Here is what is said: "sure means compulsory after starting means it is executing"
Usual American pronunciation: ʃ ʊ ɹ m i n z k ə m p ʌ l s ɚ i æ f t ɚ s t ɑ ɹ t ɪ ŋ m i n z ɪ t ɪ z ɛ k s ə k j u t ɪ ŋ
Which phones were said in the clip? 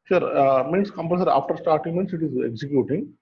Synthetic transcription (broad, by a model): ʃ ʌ ɹ m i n s k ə m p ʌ s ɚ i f t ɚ s t ɑ ɹ t ɪ ŋ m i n s ɪ t ɪ z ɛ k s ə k j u t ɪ ŋ